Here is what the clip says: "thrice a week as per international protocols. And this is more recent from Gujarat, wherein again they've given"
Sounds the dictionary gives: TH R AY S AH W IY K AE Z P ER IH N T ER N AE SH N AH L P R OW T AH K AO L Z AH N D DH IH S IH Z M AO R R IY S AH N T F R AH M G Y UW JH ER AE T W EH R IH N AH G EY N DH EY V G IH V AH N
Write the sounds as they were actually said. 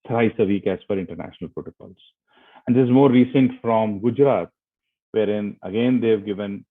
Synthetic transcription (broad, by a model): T R AY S AH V IY K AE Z F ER IH N T ER N AE SH N AH L P R OW T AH K AO L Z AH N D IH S IH Z M AO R R IY S AH N T F R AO M G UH JH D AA T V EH R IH N AH G EY N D EY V G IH V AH N